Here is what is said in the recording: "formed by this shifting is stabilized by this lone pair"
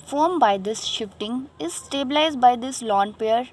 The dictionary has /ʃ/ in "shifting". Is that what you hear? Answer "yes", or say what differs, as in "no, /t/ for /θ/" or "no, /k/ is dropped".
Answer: yes